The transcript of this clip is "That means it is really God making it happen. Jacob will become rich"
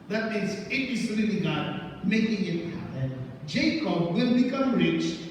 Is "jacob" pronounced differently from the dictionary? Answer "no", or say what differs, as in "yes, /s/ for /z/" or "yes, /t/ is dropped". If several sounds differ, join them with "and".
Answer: no